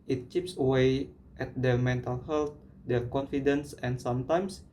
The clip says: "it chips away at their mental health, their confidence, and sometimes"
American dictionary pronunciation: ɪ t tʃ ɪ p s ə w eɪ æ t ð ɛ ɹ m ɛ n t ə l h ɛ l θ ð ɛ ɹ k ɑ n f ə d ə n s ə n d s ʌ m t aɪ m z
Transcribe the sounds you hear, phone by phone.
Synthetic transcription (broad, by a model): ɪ t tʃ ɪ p s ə w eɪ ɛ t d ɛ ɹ m ɛ n t ə l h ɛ l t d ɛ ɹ k ɑ n f ə d ə n s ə n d s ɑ m t aɪ m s